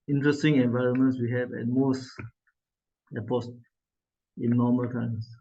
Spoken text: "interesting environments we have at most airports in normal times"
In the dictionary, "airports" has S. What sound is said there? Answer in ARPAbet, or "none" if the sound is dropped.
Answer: none